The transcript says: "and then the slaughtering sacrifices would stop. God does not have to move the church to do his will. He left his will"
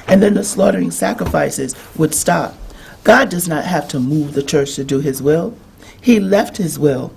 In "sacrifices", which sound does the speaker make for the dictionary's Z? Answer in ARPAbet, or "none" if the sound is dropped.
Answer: Z